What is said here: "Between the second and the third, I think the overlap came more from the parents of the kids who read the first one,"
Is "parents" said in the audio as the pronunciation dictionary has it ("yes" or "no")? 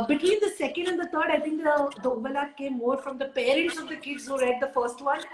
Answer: no